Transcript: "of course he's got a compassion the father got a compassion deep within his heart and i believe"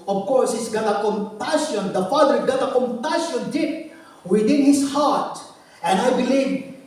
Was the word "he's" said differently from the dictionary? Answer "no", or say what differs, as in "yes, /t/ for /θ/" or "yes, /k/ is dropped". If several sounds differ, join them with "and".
yes, /s/ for /z/